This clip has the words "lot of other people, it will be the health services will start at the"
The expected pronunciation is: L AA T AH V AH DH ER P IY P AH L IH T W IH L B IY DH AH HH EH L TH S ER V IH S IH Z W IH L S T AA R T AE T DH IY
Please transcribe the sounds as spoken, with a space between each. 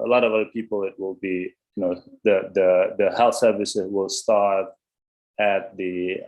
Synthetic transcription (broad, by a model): L AA T AH V AH DH ER P IY P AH L IH T W IH L B IY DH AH HH EH L TH S ER V IH S IH Z W IH L S T AA R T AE T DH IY